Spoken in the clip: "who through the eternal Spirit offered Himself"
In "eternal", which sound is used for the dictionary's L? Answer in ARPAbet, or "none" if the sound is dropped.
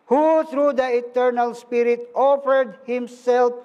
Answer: L